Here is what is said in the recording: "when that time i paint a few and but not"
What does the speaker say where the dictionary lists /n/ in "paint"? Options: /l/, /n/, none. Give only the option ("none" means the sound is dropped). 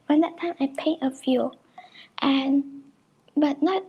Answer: none